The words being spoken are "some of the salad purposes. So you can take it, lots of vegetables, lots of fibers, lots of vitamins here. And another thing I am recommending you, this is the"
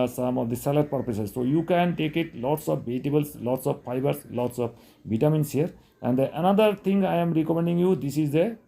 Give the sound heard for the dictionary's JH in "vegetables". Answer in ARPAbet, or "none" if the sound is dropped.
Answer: none